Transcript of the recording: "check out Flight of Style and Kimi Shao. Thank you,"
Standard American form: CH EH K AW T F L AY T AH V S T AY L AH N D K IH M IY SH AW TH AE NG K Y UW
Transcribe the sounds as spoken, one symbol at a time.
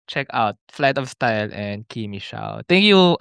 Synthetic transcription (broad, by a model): CH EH K AW T F L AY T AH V S T AY L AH N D K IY M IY SH AW T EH NG K Y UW